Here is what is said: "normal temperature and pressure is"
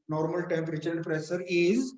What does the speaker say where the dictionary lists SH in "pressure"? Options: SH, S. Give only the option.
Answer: S